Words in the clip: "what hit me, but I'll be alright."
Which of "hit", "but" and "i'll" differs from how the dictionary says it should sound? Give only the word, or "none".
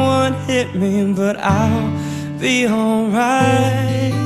none